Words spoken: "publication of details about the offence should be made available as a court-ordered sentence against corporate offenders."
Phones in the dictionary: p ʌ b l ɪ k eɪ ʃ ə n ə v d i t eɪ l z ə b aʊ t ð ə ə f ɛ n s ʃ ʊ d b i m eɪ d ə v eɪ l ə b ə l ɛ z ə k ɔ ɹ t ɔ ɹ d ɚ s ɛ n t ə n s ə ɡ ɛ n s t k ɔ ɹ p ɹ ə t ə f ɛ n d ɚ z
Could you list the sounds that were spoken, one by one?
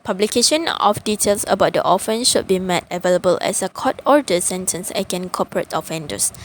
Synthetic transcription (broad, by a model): p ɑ b l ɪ k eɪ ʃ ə n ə f d i t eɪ l s ə b aʊ t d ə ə f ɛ n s ʃ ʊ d b i m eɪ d ə v eɪ l ə b ə l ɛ s ə k ɔ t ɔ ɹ d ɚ s ɛ n t ə n s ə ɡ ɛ n k ɔ p ɹ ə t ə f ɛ n d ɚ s